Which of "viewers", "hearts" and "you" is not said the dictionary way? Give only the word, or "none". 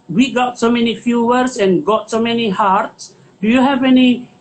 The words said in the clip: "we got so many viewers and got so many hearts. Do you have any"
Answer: viewers